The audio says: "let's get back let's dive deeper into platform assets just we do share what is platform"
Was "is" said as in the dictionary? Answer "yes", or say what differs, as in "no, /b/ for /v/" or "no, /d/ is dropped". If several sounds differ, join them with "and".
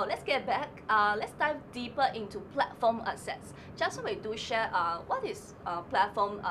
no, /s/ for /z/